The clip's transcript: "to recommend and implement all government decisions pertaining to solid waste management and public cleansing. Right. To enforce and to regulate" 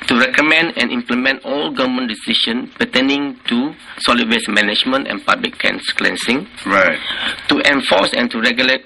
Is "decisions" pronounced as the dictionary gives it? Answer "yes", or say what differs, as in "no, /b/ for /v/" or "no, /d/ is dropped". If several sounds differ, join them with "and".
no, /ʃ/ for /ʒ/ and /z/ is dropped